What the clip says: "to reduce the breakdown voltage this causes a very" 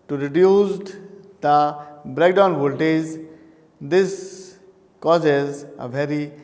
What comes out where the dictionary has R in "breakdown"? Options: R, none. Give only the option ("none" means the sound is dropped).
R